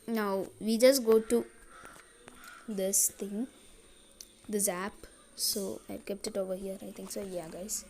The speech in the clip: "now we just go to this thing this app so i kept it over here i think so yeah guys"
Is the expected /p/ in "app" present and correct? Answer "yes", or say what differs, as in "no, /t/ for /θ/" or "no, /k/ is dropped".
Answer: yes